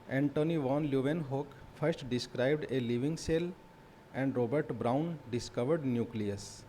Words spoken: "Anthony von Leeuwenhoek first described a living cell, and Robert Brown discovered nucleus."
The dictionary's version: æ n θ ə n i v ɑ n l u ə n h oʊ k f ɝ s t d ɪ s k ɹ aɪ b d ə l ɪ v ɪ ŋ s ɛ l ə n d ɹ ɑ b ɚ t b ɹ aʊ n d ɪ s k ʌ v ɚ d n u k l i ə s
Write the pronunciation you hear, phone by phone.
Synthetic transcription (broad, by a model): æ n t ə n i v ɑ n l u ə n h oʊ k f ɝ s t d ɪ s k ɹ aɪ b d ə l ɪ v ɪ ŋ s ɛ l ə n d ɹ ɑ b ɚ t b ɹ aʊ n d ɪ s k ʌ v ɚ d n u k l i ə s